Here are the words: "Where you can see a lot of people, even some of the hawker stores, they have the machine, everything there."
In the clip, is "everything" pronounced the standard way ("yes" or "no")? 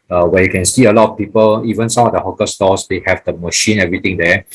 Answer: no